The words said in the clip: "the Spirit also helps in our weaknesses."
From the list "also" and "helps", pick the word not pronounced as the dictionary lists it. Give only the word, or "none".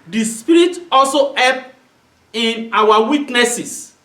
helps